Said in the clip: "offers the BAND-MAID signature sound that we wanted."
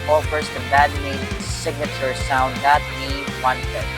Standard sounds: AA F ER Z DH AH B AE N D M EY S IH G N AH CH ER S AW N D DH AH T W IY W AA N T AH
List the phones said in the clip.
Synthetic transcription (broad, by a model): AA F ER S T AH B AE D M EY S IH G N AH CH ER S AW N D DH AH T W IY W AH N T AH